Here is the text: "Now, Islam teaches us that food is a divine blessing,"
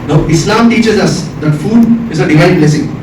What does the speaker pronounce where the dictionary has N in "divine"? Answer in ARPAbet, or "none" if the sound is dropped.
L